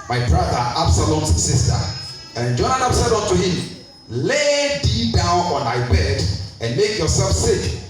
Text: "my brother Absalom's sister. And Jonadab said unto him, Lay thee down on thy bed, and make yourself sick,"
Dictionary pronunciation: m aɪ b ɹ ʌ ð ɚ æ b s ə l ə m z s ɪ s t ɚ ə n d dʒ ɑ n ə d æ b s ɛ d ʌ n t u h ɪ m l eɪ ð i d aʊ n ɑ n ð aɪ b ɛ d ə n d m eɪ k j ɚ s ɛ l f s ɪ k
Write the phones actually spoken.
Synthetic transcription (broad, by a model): m aɪ b ɹ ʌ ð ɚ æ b s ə l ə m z s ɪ s t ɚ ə n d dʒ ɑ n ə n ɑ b s ɛ d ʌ n t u h ɪ m l eɪ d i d aʊ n ɑ n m aɪ b ɛ d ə n m eɪ k j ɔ s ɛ l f s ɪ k